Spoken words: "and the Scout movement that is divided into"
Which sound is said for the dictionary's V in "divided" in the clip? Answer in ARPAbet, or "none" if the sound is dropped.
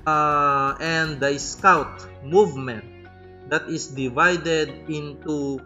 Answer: V